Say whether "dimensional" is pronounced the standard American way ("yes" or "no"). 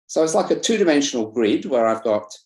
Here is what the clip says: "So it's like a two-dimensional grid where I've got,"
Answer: yes